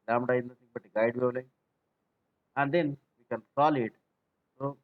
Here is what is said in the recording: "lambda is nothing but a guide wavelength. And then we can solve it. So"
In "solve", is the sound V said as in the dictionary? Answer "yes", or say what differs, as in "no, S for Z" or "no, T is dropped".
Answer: no, V is dropped